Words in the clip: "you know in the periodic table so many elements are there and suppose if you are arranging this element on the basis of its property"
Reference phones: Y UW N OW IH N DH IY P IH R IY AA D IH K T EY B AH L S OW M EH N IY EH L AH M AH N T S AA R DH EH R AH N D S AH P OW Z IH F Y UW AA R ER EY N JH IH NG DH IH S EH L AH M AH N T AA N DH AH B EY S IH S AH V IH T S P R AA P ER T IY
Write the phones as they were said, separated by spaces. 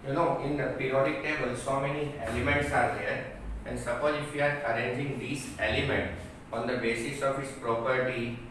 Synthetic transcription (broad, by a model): Y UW N OW IH N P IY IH R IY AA D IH K T EY B AH L S OW M EH N IY EH L AH M AH N T S AA R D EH R AH N D S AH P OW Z IH F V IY AA R ER EY N JH IH NG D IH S EH L AH M AH N T AA N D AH B EY S IH S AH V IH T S P R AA P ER T IY